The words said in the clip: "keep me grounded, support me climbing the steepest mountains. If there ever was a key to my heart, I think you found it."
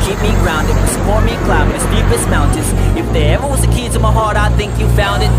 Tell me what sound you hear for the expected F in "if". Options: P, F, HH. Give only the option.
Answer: F